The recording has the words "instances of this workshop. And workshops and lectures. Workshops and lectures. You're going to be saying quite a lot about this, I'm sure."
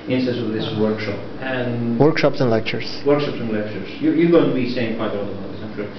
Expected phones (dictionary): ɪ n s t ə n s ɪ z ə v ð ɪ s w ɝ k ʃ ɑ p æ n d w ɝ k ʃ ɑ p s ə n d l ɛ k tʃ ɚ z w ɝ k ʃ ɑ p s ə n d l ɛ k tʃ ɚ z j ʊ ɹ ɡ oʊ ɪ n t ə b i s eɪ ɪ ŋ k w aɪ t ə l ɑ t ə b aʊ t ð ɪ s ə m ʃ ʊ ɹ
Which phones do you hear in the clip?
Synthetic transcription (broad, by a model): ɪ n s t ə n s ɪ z ə v ð ɪ s w ɝ k ʃ ɑ p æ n w ɝ k ʃ ɑ p s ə n l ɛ k tʃ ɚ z w ɝ k ʃ ɑ p s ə n l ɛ k tʃ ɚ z j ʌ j ɡ oʊ ɪ n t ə b i s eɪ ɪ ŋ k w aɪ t ə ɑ ə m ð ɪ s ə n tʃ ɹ